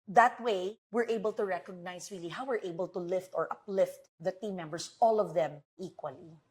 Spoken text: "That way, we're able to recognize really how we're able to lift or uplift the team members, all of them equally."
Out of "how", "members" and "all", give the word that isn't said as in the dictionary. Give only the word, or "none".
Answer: members